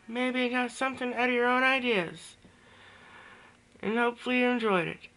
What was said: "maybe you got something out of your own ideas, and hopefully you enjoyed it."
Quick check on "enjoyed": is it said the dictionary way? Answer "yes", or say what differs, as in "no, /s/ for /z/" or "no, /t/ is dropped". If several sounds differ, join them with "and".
yes